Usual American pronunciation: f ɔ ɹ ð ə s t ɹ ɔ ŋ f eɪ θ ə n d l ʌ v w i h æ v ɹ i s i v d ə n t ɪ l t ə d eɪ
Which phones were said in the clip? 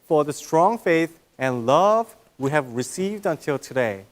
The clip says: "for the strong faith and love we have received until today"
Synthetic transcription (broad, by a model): f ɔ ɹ ð ə s t ɹ ɔ ŋ f eɪ θ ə n l ʌ v w i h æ v ɹ i s i v d ə n t ɪ l t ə d eɪ